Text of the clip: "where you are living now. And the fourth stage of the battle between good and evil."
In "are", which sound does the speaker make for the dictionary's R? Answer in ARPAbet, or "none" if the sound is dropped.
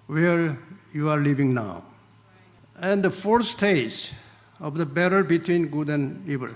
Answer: R